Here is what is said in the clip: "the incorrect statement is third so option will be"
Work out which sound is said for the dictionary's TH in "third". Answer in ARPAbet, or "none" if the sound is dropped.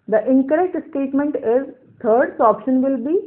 T